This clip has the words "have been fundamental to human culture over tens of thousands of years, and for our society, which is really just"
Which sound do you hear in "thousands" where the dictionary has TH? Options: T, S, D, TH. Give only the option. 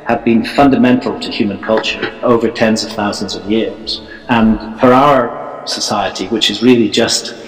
TH